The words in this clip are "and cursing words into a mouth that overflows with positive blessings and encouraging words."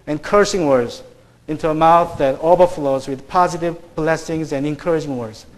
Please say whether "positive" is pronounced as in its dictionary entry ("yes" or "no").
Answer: yes